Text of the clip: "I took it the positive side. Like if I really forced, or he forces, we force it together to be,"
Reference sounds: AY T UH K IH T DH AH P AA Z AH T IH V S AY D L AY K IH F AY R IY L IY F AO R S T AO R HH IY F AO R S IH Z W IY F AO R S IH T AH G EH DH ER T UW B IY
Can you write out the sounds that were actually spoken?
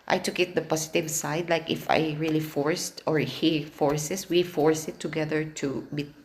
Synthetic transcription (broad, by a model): AY T UH K IH T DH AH P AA S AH T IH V S AY D L AY K IH F AY R IY L IY F AO R S T AO R HH IY F AO R S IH S W IY F AO R S IH T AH G EH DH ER T UW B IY